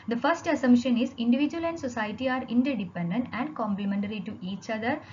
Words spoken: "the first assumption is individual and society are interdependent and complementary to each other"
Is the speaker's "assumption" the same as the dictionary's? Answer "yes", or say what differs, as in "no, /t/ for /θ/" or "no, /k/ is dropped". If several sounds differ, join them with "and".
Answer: no, /p/ is dropped